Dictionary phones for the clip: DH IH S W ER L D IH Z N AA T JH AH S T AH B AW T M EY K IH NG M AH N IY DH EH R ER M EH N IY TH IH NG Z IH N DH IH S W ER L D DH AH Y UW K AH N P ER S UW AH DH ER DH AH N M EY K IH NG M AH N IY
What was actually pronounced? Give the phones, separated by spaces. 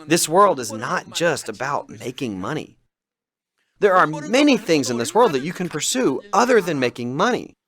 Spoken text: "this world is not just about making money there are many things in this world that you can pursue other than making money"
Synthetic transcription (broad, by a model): DH IH S W ER L D IH Z N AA T JH AH S T AH B AW T M EY K IH NG M AH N IY DH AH R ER M EH N IY TH IH NG Z IH N DH IH S W ER L D DH AH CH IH K AH N P ER S UW AH DH ER DH AH N M EY K IH NG M AH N IY